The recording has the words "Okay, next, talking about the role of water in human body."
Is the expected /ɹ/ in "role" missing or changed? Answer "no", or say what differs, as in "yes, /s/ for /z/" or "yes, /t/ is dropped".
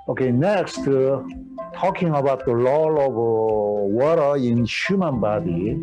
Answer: yes, /l/ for /ɹ/